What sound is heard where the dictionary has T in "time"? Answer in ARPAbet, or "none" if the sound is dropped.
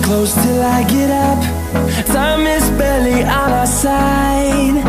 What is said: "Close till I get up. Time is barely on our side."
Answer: S